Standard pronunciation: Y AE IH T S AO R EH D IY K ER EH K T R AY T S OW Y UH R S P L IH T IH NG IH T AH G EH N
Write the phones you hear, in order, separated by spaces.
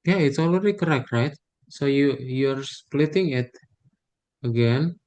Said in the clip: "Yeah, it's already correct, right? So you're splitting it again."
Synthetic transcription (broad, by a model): Y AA IH T S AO L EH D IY K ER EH K T R AY T S OW Y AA R S P L IH T IH NG IH T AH G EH N